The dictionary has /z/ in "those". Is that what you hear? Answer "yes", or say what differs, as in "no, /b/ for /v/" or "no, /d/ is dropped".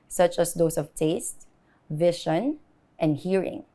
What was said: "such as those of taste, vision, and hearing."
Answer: no, /s/ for /z/